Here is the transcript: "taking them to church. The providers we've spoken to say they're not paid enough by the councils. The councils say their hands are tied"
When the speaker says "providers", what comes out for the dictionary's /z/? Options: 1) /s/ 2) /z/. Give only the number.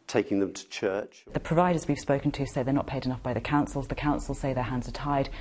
2